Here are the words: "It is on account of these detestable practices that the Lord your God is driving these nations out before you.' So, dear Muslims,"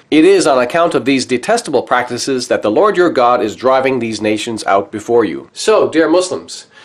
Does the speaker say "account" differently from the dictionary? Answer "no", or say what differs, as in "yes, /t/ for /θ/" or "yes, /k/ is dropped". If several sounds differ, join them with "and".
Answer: no